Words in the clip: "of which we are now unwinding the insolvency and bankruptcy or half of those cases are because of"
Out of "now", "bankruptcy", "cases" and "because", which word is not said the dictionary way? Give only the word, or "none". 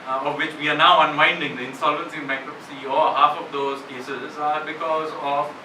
bankruptcy